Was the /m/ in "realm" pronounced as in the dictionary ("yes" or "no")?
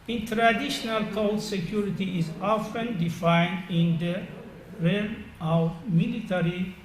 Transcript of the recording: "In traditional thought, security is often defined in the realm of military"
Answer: no